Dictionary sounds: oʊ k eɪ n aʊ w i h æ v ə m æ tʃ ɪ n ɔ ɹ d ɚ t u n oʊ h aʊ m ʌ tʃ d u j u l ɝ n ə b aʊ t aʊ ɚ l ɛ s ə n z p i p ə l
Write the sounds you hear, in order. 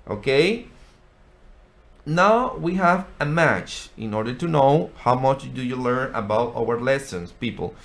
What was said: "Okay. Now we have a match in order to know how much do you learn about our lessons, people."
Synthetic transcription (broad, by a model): oʊ k eɪ n aʊ w i h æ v ə m æ tʃ ɪ n ɔ ɹ d ɚ t u n oʊ h aʊ m ʌ tʃ d u j u l ɝ n ə b aʊ t aʊ ɚ l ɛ s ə n s p i p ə l